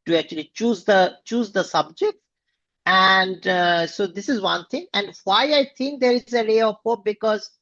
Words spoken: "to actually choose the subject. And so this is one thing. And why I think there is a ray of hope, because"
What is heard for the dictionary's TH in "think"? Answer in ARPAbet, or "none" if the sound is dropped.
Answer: T